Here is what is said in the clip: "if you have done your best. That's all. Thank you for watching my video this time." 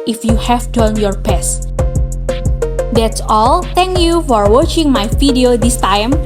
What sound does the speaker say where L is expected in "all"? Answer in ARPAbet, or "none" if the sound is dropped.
L